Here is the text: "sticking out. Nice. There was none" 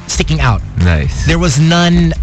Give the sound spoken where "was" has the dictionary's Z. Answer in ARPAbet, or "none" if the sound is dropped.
Z